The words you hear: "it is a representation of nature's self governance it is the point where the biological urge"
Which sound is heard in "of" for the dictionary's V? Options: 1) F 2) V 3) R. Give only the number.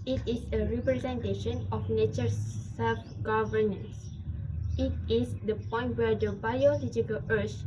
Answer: 1